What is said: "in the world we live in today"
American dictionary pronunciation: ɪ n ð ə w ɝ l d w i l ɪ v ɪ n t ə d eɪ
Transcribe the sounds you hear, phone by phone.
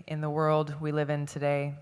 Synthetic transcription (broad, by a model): ɪ n ð ə w ɝ l d w i l ɪ v ɪ n t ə d eɪ